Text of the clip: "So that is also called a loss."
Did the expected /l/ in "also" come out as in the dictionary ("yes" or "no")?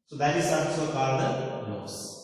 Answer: no